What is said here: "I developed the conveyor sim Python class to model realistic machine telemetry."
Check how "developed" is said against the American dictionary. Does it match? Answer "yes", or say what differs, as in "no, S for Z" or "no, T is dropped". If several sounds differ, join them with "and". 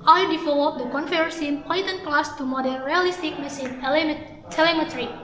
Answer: no, P is dropped